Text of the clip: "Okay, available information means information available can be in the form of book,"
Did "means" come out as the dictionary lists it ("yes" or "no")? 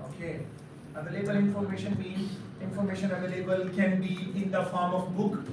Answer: no